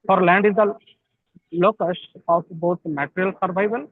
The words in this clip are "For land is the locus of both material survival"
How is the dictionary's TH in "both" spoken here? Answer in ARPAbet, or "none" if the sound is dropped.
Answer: T